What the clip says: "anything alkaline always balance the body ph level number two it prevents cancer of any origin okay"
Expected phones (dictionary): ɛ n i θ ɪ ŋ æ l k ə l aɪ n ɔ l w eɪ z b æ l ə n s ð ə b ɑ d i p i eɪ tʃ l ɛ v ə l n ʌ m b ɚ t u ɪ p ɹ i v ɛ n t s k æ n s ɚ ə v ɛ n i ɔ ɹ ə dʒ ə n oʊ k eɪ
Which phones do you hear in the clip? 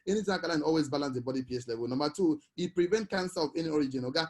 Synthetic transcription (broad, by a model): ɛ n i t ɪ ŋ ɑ k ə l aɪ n ɔ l w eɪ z b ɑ l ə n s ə b ɑ d i p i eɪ s l ɛ v ə l n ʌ m b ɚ t u ɪ p ɹ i v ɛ n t k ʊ n s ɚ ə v ɛ n i ɔ ɹ ə dʒ ə n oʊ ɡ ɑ